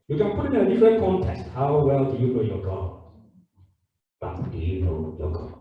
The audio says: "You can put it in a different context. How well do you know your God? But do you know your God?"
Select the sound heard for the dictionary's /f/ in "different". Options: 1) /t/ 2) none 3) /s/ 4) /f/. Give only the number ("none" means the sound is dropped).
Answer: 2